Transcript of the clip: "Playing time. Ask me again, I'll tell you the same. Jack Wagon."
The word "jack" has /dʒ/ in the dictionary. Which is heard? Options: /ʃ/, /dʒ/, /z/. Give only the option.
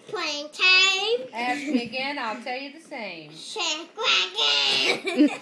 /ʃ/